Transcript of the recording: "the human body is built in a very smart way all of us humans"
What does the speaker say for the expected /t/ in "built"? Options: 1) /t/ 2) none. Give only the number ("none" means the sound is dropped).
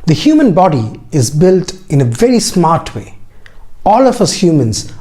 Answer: 1